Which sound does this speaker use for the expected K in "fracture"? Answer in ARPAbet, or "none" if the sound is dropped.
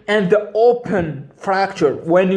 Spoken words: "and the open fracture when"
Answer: K